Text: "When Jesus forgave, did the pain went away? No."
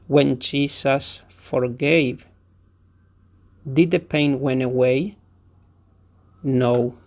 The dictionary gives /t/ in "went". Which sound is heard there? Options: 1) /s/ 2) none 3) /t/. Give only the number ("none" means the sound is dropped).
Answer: 2